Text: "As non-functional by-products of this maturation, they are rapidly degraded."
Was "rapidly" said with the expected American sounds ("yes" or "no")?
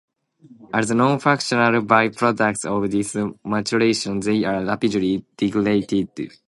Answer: no